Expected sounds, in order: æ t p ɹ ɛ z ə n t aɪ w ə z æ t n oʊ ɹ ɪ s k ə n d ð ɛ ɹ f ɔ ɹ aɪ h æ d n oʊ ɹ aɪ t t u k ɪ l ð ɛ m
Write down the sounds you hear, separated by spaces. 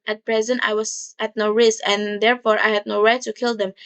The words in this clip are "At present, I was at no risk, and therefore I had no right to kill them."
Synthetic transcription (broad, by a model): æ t p ɹ ɛ z ə n t aɪ w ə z æ t n oʊ ɹ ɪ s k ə n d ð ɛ ɹ f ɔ ɹ aɪ h æ d n oʊ ɹ aɪ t t u k ɪ l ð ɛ m